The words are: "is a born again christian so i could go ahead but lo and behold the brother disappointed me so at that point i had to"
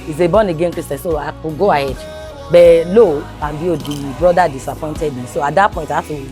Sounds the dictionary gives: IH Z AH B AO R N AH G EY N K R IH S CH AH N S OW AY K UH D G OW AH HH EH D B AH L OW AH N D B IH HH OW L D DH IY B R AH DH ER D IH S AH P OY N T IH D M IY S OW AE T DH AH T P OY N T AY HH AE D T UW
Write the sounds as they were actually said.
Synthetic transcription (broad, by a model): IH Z AH B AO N AH G EY N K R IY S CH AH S S OW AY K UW G OW AH HH EH D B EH L OW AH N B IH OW D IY B R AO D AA D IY S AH P OY N T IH D M IY S OW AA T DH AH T P OY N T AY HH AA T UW